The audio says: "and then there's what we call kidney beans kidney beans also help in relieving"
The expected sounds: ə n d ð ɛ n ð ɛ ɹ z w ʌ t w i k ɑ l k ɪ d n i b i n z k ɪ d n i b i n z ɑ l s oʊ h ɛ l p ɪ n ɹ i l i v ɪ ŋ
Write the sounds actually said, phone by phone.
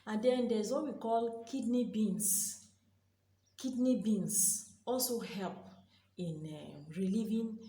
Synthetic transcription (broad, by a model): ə n d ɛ n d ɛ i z w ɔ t w i k ɑ l k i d n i b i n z k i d n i b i n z ɑ l s oʊ h ɛ l p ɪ n ɹ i l i v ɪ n